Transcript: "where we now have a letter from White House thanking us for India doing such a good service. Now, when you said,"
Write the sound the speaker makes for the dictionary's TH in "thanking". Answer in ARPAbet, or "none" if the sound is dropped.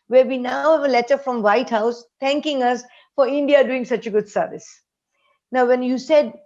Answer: T